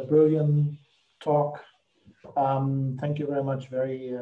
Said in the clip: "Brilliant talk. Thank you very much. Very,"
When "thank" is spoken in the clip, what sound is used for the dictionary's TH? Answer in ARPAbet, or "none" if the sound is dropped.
TH